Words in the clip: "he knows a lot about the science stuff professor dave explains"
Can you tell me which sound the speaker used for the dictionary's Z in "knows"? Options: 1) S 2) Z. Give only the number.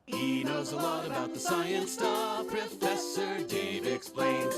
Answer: 2